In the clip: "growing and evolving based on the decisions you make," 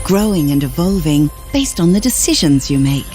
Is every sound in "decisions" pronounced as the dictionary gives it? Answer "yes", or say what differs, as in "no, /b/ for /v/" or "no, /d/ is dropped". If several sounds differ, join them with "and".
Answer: yes